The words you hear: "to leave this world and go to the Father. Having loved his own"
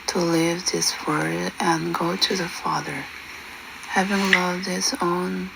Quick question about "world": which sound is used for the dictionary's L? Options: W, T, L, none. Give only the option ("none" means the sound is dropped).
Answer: none